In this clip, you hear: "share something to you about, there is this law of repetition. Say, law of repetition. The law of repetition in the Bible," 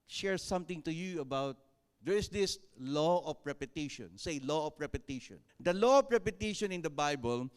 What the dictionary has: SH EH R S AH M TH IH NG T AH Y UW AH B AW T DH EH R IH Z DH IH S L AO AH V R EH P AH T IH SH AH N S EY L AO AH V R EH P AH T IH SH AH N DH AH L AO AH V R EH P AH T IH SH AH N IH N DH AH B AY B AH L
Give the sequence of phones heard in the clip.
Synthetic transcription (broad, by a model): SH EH R S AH M T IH NG T AH Y UW AH B AW T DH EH R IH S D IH S L AO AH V R EH P AH T IH SH AH N S EY L AO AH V R EH P AH T IH SH AH N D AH L AO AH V R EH P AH T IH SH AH N IH N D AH B AY B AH L